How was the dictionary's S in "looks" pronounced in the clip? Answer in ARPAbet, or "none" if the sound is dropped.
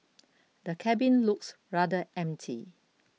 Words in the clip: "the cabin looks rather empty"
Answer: S